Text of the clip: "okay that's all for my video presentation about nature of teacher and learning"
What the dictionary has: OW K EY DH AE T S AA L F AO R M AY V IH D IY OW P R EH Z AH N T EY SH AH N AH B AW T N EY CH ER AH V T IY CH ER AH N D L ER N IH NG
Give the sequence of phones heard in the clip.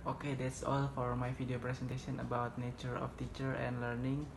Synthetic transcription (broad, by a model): OW K EY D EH T S AA L F AO R M AY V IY D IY OW P R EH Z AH N T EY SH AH N AH B AW T N EY CH ER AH F T IY CH ER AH N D L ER N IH NG